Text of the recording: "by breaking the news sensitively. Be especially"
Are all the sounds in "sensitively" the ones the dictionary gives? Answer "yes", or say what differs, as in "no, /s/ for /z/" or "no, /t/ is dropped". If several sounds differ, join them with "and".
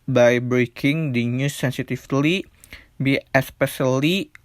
no, /f/ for /v/